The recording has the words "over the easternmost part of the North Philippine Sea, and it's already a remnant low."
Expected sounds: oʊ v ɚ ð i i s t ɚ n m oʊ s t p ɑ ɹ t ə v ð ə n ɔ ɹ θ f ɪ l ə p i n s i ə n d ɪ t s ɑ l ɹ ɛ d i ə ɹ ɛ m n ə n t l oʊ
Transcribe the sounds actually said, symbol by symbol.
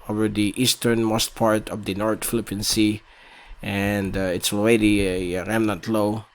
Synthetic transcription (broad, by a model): oʊ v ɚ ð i i s t ɚ n m oʊ s t p ɑ ɹ t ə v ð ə n ɔ ɹ t f ɪ l ə p i n s i ə n d ɪ t s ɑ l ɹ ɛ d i ɹ ɛ m n ə n t l oʊ